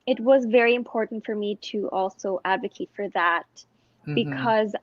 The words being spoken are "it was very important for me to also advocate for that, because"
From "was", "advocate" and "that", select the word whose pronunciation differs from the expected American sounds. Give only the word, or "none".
none